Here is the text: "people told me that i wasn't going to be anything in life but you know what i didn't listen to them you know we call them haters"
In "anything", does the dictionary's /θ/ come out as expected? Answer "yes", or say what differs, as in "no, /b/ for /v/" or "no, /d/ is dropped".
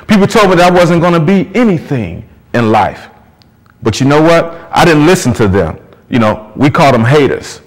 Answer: yes